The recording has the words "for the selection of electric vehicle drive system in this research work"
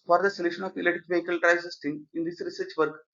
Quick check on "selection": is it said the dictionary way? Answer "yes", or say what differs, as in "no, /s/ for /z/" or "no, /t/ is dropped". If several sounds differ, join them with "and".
no, /k/ is dropped